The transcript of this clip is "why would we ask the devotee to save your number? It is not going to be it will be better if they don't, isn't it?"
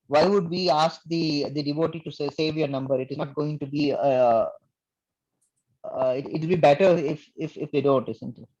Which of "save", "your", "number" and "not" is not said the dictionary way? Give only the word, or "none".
none